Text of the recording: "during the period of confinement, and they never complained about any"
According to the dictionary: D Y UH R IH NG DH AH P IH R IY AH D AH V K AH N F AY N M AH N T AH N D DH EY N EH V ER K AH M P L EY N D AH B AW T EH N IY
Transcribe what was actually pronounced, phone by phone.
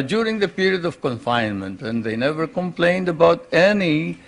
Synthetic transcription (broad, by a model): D Y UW R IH NG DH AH P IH R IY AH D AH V K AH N F AY N M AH N T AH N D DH EY N EH V ER K AH M P L EY N D AH B AW T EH N IY